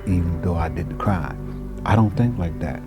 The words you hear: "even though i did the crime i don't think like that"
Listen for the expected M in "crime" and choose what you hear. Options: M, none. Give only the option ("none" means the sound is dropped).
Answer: none